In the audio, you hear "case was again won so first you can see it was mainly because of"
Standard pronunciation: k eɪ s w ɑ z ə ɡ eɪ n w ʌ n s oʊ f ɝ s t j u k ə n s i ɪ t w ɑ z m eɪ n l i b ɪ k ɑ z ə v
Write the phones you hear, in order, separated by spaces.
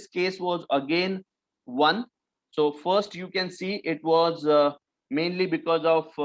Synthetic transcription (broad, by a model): k eɪ s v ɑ z ə ɡ eɪ n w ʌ n s oʊ f ɝ s t j u k ə n s i ɪ t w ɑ z m eɪ n l i b ɪ k ɑ z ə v